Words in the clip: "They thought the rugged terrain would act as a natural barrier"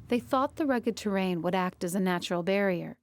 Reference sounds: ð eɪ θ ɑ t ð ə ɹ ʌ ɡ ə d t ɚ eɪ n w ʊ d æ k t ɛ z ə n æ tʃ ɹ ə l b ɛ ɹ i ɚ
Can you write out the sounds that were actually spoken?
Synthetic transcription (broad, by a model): ð eɪ θ ɑ t ð ə ɹ ʌ ɡ ə d t ɚ eɪ n w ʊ d æ k t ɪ z ə n æ tʃ ɹ l b ɛ ɹ i ɚ